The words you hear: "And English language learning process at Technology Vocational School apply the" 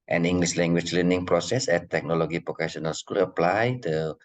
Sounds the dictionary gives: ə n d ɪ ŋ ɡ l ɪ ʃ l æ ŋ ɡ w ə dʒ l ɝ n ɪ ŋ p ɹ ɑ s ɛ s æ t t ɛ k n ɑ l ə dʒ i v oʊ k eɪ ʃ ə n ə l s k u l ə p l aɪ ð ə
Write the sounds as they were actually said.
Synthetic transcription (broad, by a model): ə n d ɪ ŋ ɡ l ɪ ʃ l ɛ ŋ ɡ w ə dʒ l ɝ n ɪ ŋ p ɹ ɑ s ɛ s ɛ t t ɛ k n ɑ l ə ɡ i p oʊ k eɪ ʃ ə n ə l s k u l ə p l aɪ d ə